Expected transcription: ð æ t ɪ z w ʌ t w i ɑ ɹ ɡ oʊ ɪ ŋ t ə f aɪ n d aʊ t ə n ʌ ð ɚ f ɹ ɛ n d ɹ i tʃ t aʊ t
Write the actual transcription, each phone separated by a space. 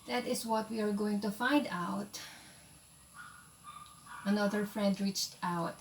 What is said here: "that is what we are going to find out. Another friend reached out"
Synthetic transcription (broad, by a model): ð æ t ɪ s w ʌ t w i ɑ ɹ ɡ oʊ ɪ ŋ t ə f aɪ n d aʊ t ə n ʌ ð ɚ f ɹ ɛ n d ɹ i tʃ t aʊ t